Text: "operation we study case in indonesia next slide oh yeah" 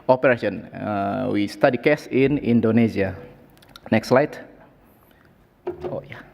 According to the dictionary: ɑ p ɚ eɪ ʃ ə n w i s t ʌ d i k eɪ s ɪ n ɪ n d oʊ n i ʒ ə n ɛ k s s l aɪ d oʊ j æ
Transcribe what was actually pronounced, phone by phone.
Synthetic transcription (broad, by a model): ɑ p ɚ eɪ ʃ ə n w i s t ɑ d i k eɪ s ɪ n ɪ n d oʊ n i z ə n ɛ k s s l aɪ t oʊ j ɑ